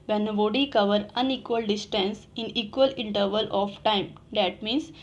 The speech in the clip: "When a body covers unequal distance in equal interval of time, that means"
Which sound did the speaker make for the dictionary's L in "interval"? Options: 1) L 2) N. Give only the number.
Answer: 1